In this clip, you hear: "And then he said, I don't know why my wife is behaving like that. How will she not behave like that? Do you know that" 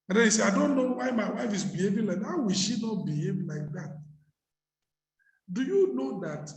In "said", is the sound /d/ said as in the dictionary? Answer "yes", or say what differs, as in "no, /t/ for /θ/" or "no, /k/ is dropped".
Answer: no, /d/ is dropped